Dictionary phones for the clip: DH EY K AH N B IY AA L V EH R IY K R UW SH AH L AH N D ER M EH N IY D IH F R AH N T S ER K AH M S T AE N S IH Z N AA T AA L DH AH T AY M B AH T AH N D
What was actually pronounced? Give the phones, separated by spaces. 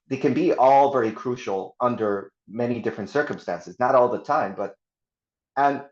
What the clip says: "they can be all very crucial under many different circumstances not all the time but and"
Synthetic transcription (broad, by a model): DH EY K AH N B IY AA L V EH R IY K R UW SH L AH N D ER M EH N IY D IH F R AH N T S ER K AH M S T AE N S IH Z N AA T AA L DH AH T AY M B AH T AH N